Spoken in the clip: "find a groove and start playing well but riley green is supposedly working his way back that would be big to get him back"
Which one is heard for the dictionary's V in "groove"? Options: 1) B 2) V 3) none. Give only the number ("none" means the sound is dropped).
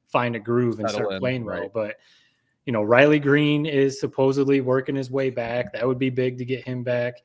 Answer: 2